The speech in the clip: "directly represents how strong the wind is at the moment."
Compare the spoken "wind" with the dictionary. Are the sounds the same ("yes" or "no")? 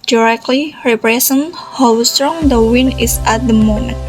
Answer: no